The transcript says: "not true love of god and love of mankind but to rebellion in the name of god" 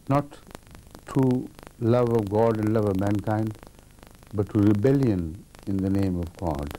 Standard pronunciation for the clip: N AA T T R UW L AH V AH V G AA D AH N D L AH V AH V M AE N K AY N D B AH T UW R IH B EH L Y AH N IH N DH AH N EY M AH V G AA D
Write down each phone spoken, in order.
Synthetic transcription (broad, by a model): N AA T T UW L AH V AH V G AA D AH N D L AH V AH V M AE N K AY N D B AH T UW R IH B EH L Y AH N IH N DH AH N EY M AH V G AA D